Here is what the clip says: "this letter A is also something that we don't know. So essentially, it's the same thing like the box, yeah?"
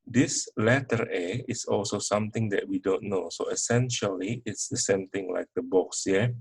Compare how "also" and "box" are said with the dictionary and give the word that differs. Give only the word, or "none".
none